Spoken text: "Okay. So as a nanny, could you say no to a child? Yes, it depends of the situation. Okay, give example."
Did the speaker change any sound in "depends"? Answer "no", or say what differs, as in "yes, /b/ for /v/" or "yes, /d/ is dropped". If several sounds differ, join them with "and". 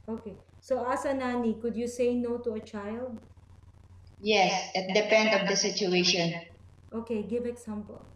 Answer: yes, /z/ is dropped